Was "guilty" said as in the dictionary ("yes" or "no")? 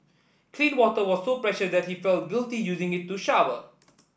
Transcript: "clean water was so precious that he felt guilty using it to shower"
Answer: yes